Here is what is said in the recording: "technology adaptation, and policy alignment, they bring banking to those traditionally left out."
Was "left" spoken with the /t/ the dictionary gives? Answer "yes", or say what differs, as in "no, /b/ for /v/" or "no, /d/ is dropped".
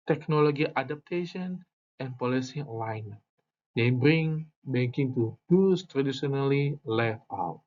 no, /t/ is dropped